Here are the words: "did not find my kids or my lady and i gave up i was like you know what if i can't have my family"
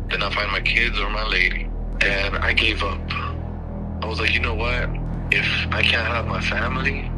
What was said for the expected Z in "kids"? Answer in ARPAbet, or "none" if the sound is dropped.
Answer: Z